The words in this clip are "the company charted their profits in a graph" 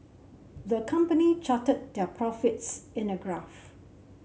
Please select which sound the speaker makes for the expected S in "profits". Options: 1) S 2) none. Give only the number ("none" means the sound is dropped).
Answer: 1